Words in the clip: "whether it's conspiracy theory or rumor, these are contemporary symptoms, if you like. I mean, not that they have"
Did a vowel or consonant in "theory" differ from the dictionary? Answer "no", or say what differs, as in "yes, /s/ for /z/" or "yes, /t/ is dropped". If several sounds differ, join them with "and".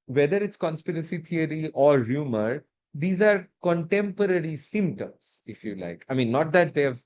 yes, /t/ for /θ/